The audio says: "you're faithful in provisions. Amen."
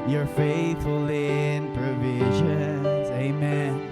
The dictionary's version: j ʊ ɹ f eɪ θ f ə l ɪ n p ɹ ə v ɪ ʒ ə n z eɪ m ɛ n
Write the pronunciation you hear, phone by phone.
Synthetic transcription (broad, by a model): j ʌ ɹ f eɪ θ f ə l ɪ n p ɹ ə v ɪ ʒ ə n z eɪ m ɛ n